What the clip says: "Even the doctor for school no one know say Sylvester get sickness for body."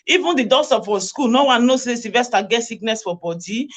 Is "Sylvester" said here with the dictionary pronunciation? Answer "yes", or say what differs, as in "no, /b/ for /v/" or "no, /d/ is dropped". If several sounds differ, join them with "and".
no, /l/ is dropped